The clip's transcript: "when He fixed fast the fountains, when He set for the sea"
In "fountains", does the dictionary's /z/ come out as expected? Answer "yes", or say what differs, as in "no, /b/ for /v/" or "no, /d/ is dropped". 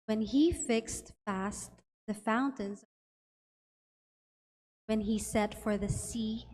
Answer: yes